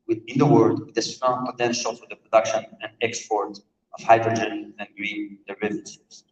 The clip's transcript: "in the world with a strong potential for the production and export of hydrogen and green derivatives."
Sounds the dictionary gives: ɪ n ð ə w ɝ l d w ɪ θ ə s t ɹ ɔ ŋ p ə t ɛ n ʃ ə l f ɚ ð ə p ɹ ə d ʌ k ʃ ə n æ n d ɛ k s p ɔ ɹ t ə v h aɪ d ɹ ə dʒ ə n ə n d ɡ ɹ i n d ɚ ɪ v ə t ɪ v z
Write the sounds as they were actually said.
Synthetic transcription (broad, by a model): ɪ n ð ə w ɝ d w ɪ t ə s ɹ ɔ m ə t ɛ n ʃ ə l f ɚ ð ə p ɹ ə d ʌ k ʃ ə n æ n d ɛ k s p ɔ ɹ t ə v h aɪ d ɹ ə dʒ ə n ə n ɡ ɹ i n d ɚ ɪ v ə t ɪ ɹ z